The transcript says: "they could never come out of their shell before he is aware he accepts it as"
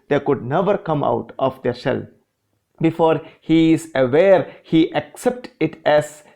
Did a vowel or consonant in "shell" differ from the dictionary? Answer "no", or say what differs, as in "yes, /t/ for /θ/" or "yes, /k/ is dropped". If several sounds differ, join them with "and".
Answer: yes, /s/ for /ʃ/